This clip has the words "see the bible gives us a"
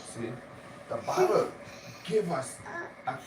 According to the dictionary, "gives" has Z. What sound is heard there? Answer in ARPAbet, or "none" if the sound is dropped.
none